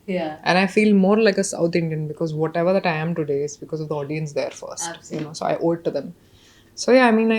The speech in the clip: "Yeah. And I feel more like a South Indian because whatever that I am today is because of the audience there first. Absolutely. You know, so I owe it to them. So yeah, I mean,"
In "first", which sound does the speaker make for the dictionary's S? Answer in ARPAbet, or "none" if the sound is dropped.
none